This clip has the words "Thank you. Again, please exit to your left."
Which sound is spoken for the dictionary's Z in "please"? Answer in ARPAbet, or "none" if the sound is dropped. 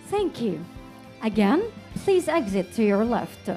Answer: Z